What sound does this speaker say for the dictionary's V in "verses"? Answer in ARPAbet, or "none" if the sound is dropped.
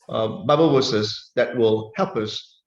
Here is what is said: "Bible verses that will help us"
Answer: W